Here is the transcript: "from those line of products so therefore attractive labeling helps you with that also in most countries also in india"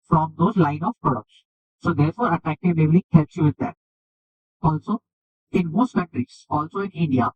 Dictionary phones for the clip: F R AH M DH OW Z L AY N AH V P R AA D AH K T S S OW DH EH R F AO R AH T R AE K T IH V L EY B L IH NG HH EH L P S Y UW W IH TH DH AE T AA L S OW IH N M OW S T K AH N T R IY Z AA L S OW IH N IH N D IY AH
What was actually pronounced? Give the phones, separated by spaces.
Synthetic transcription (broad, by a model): F R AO M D OW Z L AY N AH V P R AA D AH K T S S OW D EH R F AO R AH T R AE K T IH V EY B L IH HH EH L P S Y UW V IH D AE T AA L S OW IH N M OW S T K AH N T R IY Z AA L S OW IH N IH N D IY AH